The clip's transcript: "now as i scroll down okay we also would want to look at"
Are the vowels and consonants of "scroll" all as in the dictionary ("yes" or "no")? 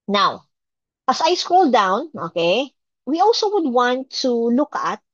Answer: yes